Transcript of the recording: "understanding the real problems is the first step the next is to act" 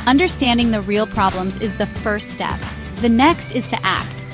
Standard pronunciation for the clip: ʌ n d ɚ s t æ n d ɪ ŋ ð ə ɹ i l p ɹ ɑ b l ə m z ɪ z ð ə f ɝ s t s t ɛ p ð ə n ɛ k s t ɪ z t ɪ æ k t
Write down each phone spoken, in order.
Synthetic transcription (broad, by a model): ʌ n d ɚ s t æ n d ɪ ŋ ð ə ɹ i l p ɹ ɑ b l ə m z ɪ z ð ə f ɝ s t s t ɛ p ð ə n ɛ k s t ɪ z t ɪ æ k t